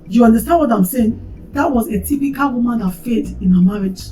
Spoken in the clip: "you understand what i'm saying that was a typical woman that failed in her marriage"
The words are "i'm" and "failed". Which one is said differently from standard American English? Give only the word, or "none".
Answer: failed